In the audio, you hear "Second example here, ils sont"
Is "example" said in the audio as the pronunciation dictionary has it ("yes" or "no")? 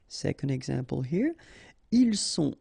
yes